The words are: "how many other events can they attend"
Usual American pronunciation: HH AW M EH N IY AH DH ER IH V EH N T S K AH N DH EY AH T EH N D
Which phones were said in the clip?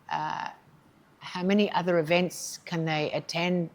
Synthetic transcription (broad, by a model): HH AW M EH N IY AH DH ER IH V EH N T S K AH N DH EY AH T EH N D